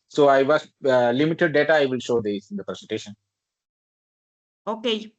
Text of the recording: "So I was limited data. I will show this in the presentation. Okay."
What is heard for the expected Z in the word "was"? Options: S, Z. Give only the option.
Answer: S